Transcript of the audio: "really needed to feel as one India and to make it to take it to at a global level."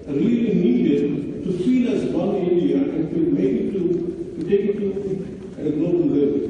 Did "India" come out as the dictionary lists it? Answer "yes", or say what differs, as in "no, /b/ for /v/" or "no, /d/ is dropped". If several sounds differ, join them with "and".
no, /n/ is dropped